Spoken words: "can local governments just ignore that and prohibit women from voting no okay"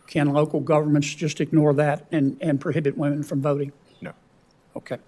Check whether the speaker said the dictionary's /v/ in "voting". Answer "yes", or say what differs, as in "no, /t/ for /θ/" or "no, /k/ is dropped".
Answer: yes